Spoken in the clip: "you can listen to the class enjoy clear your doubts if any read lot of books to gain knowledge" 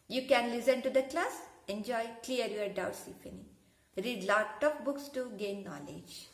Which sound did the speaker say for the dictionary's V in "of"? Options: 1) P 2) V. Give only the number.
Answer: 1